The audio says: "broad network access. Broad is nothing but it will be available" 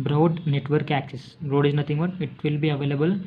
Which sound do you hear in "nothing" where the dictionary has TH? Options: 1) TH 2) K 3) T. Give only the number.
3